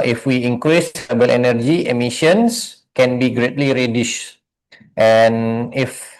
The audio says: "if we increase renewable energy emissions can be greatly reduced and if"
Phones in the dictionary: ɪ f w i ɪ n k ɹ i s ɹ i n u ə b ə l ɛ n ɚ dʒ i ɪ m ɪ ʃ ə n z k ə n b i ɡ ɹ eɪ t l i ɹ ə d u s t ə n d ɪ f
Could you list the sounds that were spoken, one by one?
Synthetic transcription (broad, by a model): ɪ f w i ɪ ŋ k ɹ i s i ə b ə l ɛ n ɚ dʒ i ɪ m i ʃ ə n s k ə n b i ɡ ɹ eɪ t l i ɹ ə d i ʃ t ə n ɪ f